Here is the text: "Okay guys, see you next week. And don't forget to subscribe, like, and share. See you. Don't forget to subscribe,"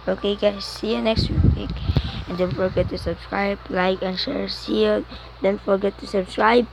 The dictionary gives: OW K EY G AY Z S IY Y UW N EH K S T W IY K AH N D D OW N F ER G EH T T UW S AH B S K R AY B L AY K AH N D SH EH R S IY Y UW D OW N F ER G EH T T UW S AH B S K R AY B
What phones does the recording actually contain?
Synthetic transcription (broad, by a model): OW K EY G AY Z S IY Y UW N EH K S T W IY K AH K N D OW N F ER G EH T T UW S AH B S K R AY B L AY K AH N SH EH R S IY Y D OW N F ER G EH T T UW S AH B S K R AY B